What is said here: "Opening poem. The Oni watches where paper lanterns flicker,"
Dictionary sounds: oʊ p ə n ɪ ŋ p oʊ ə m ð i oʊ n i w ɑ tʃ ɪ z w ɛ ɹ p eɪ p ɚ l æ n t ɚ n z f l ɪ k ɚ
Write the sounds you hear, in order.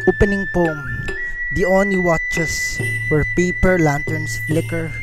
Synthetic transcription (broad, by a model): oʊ p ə n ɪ ŋ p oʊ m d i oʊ n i w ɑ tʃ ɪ s w ɛ ɹ p eɪ p ɚ l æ n t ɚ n s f l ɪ k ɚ